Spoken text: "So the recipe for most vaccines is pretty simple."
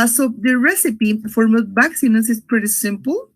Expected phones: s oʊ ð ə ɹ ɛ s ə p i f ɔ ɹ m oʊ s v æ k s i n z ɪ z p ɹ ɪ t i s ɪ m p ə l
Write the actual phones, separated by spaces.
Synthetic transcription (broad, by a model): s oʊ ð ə ɹ ɛ s ə p i f ɔ ɹ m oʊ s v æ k s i n s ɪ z p ɹ ɪ t i s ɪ m p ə l